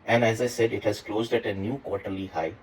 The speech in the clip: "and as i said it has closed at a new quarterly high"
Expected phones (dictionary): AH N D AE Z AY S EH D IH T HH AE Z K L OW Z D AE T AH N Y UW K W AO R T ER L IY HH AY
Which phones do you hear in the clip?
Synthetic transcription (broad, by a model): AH N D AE Z AY S EH D IH T HH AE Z K L OW Z D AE T AH N Y UW K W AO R T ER L IY HH AY